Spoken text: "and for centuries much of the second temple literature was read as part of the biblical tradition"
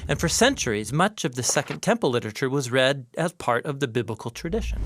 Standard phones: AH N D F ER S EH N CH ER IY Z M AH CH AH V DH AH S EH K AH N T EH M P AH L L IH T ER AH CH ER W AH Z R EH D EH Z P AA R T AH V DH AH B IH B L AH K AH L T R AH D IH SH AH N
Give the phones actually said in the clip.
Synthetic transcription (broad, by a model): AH N F ER S EH N CH ER IY Z M AH CH AH V DH AH S EH K AH N T EH M P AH L L IH T ER AH CH ER W AH Z R EH D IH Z P AA R T AH V DH AH B IH B L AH K L T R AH D IH SH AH N